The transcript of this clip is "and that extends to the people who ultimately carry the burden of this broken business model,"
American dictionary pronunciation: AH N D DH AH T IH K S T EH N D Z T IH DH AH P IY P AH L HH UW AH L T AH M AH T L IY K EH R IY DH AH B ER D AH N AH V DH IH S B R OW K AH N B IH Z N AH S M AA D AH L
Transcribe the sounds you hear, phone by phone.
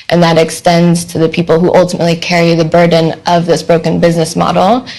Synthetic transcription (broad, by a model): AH N DH AH T IH K S T EH N D Z T IH DH AH P IY P L HH UW AH L T AH M AH T L IY K EH R IY DH AH B ER D N AH V DH IH S B R OW K AH N B IH Z N AH S M AA D L